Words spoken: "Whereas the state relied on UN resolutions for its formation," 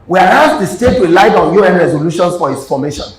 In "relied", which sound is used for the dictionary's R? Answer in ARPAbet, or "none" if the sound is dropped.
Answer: W